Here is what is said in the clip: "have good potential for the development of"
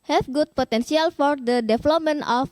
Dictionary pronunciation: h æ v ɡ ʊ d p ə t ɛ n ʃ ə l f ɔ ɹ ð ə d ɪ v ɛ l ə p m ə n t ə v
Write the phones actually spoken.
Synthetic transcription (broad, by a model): h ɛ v ɡ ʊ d p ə t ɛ n s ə l f ɔ ɹ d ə d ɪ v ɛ l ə p m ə n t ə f